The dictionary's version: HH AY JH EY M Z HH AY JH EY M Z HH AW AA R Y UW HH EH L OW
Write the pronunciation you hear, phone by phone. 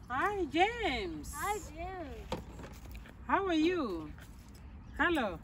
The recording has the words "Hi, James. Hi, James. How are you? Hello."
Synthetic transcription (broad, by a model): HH AY JH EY M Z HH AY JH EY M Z HH AW AA R Y UW HH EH L OW